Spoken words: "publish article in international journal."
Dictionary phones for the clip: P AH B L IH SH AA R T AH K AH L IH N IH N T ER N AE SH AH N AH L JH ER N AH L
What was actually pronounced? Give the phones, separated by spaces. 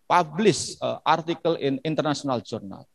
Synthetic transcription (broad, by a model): P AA B L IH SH AA R T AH K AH L IH N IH N T ER N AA S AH N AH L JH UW N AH L